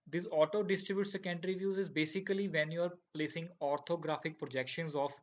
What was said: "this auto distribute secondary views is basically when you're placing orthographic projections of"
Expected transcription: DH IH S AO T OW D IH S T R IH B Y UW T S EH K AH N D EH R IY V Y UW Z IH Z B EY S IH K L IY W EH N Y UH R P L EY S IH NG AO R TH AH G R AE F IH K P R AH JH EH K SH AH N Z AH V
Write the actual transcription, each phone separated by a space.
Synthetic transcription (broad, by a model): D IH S AO T OW D IH S T R IH B Y UW T S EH K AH N D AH R IY V Y UW Z IH Z B EY S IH K L IY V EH N Y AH R P L EY S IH NG AO R T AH G R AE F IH K P R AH JH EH K SH AH N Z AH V